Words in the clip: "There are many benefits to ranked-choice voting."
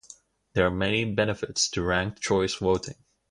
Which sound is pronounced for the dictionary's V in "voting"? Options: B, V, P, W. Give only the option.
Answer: W